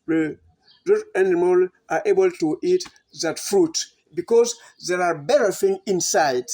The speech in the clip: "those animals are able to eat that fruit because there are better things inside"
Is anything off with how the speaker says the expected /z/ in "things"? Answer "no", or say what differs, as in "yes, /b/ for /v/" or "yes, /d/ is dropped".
yes, /z/ is dropped